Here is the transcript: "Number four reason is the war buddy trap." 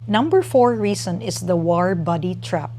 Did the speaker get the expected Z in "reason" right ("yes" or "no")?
no